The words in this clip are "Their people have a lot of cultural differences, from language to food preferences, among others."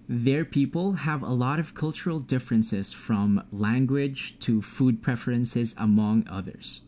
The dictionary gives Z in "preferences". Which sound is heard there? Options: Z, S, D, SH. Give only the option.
Z